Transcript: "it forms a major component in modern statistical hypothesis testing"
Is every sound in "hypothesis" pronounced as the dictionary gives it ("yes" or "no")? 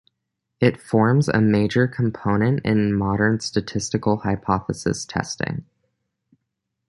yes